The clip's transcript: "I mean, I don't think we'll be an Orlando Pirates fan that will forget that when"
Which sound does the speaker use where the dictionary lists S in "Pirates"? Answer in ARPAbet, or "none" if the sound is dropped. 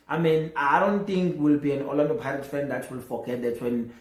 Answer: none